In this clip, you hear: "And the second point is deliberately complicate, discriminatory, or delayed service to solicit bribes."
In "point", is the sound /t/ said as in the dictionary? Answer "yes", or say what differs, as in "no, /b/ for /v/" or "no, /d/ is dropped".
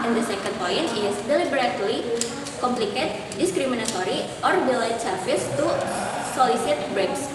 no, /t/ is dropped